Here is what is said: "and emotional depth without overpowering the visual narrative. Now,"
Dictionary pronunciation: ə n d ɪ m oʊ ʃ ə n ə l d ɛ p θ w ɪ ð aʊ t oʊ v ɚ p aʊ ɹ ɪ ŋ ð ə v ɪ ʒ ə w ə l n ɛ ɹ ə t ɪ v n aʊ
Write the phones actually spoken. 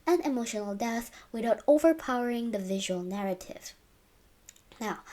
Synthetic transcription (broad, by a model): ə n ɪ m oʊ ʃ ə n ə l d ɛ θ w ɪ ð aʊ t oʊ v ɚ p aʊ ɹ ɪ ŋ ð ə v ɪ ʒ ə w ə l n ɛ ɹ ə t ɪ v n aʊ